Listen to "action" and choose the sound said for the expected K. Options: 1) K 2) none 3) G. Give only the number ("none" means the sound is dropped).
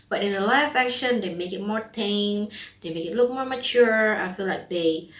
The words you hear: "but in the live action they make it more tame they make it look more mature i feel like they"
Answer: 1